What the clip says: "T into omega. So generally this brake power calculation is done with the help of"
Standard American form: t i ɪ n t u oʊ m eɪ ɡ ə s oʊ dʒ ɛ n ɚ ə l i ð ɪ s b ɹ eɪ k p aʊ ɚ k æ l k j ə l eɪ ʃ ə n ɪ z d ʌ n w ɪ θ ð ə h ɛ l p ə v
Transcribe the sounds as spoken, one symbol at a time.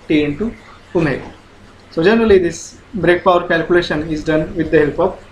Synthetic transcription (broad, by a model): t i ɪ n t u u m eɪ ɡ s oʊ dʒ ɛ n ɚ ə l i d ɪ s b ɹ eɪ k p aʊ ɚ k æ l k j ə l eɪ ʃ ə n ɪ z d ʌ n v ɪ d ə h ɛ l p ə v